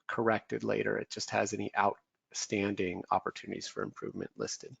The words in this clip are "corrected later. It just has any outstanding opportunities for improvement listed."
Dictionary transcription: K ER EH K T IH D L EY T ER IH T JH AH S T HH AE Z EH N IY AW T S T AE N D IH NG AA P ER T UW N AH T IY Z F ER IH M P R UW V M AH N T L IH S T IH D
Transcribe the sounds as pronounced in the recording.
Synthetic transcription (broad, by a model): K ER EH K T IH D L EY T ER IH T JH AH S T HH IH Z EH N IY AW T S T AE N D IH NG AA P ER T UW N AH T IY Z F ER IH M P R UW V M AH N T L IH S T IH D